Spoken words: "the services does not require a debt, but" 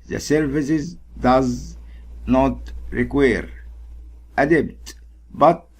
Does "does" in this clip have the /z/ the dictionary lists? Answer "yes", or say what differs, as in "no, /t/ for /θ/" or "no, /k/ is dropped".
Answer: yes